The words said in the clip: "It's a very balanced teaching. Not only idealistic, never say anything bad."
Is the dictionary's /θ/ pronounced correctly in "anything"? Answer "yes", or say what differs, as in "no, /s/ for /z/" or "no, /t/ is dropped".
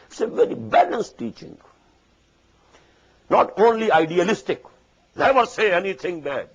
no, /t/ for /θ/